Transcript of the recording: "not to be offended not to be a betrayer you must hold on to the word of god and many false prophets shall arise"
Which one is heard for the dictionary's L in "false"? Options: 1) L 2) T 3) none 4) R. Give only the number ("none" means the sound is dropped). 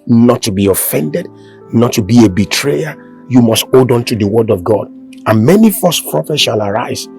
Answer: 3